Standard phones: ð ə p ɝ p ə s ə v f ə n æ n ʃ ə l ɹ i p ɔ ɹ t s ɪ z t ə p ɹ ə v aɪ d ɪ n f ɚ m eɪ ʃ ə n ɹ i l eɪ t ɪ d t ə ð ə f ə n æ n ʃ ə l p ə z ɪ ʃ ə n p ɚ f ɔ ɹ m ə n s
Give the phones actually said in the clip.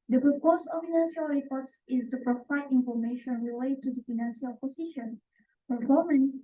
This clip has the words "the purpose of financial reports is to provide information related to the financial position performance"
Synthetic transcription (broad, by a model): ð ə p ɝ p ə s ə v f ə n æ n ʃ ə l ɹ i p ɔ ɹ t s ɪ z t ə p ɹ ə f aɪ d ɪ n f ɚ m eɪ ʃ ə n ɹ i l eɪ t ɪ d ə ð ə f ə n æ n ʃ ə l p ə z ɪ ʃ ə n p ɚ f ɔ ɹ m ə n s